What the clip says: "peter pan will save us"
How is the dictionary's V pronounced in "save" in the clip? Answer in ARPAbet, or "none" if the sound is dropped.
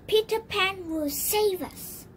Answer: V